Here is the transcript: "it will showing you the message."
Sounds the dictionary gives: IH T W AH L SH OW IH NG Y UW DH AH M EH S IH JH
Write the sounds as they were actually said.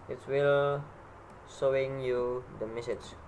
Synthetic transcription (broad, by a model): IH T W AH L S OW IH NG Y UW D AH M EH S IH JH